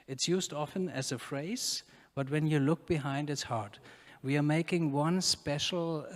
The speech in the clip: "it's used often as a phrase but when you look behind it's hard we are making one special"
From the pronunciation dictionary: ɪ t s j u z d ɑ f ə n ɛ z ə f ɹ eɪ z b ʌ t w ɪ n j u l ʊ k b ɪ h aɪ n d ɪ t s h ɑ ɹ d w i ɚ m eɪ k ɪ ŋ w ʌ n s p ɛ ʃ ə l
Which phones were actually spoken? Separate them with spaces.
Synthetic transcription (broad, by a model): ɪ t s j u z d ɑ f ə n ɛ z ə f ɹ eɪ z b ʌ t w ɪ n j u l ʊ k b ɪ h aɪ n d ɪ t s h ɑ ɹ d w i ɚ m eɪ k ɪ ŋ w ʌ n s p ɛ ʃ l